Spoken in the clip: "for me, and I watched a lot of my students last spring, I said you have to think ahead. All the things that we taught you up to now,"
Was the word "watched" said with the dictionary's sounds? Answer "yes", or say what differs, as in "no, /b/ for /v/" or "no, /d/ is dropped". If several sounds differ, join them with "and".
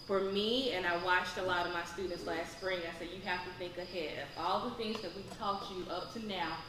yes